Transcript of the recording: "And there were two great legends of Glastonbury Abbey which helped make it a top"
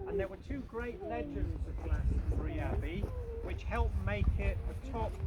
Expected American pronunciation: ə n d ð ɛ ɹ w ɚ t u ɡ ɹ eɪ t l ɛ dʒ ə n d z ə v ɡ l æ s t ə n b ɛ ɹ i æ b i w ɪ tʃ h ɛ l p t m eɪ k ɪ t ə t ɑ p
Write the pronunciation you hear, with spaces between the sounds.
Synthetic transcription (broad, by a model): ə n ð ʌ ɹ w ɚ t u ɡ ɹ eɪ t l ɛ dʒ ə n d z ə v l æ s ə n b ɹ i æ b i w ɪ tʃ h ɛ l p m eɪ k ɪ t ə t ɑ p